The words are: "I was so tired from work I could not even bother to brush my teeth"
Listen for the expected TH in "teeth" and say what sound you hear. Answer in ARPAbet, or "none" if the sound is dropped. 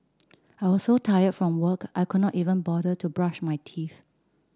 F